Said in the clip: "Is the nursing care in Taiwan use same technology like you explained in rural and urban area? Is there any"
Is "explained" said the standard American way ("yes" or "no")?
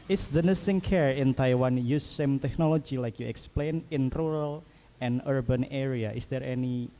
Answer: no